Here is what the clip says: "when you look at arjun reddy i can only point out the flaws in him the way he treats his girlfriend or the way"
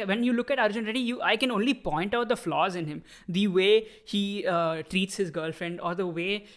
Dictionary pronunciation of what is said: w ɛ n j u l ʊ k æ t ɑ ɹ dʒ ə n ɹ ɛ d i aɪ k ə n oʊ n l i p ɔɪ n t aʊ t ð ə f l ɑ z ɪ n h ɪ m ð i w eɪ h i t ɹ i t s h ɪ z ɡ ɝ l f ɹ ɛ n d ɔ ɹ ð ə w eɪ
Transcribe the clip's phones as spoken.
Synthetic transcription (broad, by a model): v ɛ n j u l ʊ k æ t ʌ ɹ dʒ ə n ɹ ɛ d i aɪ k ə n oʊ n l i p ɔɪ n t aʊ t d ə f l ɑ z ɪ n h ɪ m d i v eɪ h i t ɹ i t s h ɪ z ɡ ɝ l f ɹ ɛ n d ɔ ɹ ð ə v eɪ